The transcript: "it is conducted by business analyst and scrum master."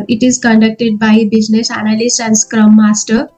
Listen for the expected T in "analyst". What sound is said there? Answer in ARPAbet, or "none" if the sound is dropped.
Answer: none